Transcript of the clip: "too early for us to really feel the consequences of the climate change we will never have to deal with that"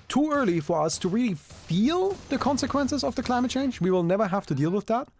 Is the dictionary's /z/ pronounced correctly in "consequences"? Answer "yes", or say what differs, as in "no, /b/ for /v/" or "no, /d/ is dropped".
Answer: yes